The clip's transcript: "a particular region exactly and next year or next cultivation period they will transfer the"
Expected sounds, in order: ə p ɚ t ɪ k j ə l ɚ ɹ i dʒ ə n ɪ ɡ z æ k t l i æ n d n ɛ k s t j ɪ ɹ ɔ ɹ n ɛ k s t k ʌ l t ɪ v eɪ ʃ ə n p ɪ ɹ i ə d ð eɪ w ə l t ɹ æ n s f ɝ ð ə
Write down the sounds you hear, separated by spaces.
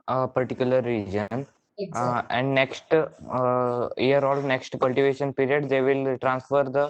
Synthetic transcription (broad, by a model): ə p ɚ t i k j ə l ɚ ɹ i dʒ ə n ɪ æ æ n d n ɛ k s t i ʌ ɹ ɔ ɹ n ɛ k s t k ʌ l t ɪ v eɪ ʃ ə n p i ɹ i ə d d eɪ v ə l t ɹ æ n s f ɝ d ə